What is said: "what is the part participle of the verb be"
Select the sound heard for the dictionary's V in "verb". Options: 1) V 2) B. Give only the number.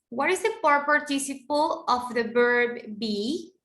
2